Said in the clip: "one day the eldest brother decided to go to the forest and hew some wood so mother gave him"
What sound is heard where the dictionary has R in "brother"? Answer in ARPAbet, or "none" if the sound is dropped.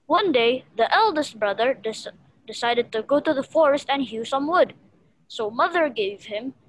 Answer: R